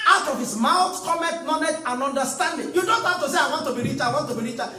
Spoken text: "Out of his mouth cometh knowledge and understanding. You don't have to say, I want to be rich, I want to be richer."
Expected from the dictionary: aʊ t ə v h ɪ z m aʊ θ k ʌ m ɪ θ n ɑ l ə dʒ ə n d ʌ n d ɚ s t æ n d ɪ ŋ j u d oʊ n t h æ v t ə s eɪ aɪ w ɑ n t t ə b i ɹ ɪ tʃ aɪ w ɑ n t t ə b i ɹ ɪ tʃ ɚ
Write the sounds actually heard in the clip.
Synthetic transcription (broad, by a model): aʊ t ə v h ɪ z m aʊ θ k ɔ m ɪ t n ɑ n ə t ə n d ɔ n d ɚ s t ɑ n d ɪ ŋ j u d oʊ n t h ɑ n t ə s eɪ aɪ w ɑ n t t ə b i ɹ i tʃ aɪ w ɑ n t t ə b i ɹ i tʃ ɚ